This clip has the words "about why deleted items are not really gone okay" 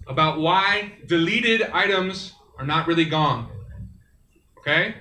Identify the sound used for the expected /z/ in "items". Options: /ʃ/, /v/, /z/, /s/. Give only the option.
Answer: /z/